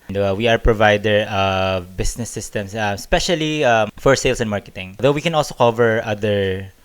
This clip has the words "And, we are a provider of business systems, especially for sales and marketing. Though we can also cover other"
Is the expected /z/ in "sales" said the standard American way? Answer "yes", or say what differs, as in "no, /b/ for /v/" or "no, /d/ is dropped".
no, /s/ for /z/